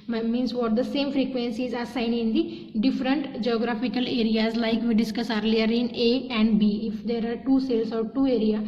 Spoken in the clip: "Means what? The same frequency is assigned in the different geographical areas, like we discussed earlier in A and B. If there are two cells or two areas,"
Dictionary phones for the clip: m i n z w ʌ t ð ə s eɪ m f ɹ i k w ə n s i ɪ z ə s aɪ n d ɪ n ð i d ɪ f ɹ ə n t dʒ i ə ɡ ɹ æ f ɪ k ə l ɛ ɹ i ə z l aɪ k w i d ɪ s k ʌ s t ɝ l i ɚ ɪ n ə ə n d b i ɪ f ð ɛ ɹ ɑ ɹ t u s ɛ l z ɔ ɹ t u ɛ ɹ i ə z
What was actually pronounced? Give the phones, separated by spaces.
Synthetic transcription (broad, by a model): m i n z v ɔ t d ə s eɪ m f ɹ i k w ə n s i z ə s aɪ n ɪ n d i d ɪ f ɹ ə n t dʒ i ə ɡ ɹ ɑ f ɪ k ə l ɛ ɹ i ə z l aɪ k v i d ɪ s k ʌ s ɝ l i ɚ ɪ n ə ə n d b i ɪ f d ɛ ɹ ɑ ɹ t u s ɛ l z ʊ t t u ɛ ɹ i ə